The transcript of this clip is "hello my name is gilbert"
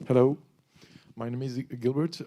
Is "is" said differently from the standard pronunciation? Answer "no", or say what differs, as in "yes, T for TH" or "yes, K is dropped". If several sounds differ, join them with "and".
no